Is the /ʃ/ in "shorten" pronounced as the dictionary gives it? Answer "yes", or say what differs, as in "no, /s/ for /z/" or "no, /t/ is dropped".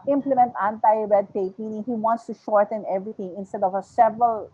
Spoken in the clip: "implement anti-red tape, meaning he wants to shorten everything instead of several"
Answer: yes